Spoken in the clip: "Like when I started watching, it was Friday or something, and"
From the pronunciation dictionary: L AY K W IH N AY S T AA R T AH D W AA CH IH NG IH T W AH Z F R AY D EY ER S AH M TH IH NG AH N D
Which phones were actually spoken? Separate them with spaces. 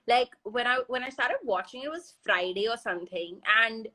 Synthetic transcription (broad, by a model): L AY K W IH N AY S T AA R T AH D W AA CH IH NG IH T W AH Z F R AY D EY ER S AH M TH IH NG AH N